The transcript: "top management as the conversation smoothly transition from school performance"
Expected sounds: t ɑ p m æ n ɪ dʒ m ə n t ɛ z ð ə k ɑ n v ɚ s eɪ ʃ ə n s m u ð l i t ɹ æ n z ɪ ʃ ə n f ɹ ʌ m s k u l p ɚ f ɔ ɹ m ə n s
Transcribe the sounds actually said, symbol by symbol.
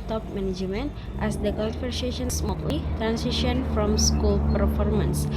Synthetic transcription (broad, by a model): t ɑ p m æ n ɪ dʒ m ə n t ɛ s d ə k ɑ n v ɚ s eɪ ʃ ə n s m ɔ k l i t ɹ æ n s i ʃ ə n f ɹ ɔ m s k u l p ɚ f ɔ ɹ m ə n s